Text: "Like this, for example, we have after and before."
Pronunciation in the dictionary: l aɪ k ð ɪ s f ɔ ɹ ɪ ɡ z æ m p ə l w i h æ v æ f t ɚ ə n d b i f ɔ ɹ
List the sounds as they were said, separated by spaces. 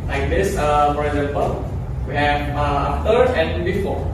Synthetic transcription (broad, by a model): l aɪ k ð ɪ s f ɔ ɹ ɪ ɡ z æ m p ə l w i h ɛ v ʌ t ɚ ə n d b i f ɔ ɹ